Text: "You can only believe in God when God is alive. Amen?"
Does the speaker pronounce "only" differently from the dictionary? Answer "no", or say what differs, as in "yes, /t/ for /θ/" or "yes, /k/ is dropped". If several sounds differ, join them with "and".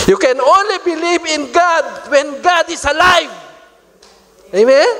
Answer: no